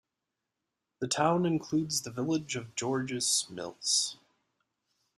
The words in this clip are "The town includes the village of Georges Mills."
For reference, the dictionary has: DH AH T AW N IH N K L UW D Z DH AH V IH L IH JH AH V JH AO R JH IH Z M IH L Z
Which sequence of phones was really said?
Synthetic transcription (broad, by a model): DH AH T AW N IH N K L UW D Z DH AH V IH L IH JH AH V JH AO R JH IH S M IH L S